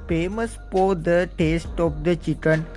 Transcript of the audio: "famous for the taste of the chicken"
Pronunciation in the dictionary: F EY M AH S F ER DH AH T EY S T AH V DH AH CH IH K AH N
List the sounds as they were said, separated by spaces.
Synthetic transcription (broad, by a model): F EY M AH S P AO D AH T EY S T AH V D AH CH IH K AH N